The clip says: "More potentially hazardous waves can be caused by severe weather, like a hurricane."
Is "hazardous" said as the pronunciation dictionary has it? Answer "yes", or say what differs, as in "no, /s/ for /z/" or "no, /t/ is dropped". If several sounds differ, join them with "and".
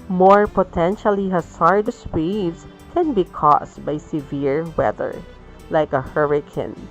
no, /s/ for /z/